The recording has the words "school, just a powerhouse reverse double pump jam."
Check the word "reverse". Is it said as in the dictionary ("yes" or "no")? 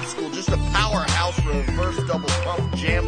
no